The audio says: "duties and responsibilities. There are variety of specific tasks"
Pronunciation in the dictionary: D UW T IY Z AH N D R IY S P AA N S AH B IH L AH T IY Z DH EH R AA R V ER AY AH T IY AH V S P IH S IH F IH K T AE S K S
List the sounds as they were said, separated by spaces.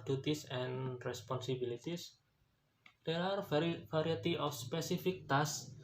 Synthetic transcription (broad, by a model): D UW T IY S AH N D R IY S P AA N S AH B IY L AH T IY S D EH R AA R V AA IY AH T IY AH F S P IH S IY F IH K T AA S S